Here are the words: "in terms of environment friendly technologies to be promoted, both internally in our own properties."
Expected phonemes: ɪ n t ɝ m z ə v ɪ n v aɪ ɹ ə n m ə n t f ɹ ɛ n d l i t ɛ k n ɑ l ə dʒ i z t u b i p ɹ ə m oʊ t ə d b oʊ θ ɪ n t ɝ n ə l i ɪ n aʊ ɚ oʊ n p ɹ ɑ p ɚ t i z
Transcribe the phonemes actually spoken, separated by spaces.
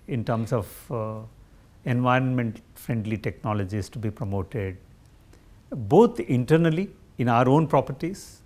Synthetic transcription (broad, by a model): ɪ n t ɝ m s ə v ɪ n v aɪ ɹ ə n m ə n t f ɹ ɛ n d l i t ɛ k n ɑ l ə dʒ i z t u b i p ɹ ə m oʊ t ə d b oʊ t ɪ n t ɝ n ə l i ɪ n aʊ ɚ oʊ n p ɹ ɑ p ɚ t i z